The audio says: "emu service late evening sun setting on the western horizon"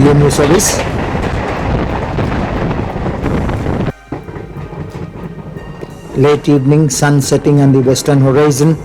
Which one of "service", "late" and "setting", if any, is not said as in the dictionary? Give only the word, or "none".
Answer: service